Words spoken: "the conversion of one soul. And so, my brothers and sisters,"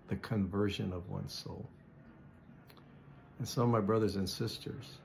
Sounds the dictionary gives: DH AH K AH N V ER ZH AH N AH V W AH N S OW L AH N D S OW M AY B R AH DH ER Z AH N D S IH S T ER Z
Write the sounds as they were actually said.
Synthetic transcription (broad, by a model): DH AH K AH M V ER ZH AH N AH V W AH N S OW L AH N S OW M AY B R AH DH ER Z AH N S IH S T ER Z